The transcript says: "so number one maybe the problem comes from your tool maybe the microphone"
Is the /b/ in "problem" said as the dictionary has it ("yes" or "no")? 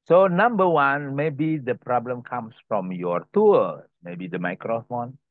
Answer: yes